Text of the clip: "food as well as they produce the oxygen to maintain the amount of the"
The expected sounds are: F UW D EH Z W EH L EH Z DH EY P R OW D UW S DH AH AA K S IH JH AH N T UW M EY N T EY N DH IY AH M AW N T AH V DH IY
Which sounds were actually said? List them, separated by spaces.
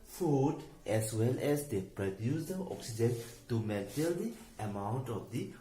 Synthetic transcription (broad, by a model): F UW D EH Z W EH L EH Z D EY P R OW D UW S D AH AA K S IH JH AH N T UW M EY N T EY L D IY AH M AW N T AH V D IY